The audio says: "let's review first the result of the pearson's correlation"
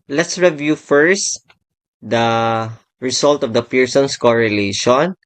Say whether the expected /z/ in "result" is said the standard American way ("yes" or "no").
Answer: no